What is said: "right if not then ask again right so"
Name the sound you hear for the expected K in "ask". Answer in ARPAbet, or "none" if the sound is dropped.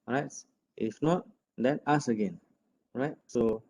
none